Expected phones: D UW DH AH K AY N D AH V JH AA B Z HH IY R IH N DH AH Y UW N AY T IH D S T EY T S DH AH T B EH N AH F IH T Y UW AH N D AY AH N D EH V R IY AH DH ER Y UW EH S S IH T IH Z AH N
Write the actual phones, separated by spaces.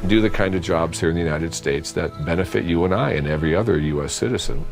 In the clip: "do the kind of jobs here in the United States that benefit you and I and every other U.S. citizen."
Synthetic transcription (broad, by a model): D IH DH AH K AY N D AH V JH AA B Z HH IY R IH N DH AH Y UW N AY T IH D S T EY T S DH AH T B EH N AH F IH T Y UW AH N AY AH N EH V R IY AH DH ER Y UW EH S S IH T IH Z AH N